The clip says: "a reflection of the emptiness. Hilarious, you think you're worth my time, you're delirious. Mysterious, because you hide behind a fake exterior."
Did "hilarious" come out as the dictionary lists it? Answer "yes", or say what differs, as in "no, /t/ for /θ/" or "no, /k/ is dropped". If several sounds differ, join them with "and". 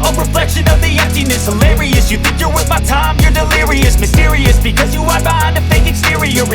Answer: yes